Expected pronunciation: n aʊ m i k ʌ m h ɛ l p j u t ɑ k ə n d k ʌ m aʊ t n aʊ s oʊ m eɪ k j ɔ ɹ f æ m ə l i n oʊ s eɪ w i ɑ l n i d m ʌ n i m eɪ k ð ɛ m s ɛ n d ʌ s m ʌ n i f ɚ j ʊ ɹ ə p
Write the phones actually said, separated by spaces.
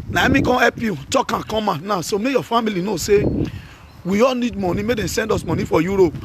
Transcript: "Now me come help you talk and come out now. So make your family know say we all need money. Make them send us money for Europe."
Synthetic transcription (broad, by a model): n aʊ m i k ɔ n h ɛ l p j u t ɑ k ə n k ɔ m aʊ n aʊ s oʊ m eɪ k j ɔ f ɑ m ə l i n oʊ s eɪ w i ɑ l n i d m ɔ n i m eɪ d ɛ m s ɛ n d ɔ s m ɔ n i f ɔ j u ɹ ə p